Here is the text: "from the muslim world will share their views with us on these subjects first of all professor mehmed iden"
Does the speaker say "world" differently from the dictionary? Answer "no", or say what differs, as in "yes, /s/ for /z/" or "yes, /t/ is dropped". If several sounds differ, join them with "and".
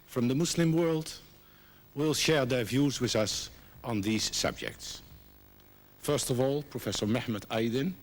no